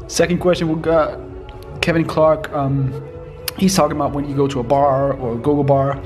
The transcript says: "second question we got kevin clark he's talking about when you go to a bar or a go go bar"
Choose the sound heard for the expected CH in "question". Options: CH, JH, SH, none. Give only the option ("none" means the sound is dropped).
CH